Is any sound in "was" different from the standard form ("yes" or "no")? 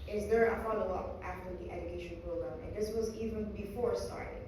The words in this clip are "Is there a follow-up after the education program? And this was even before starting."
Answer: no